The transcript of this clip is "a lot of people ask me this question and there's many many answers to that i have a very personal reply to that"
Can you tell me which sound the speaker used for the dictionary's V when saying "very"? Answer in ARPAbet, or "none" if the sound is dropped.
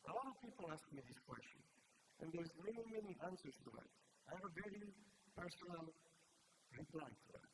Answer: V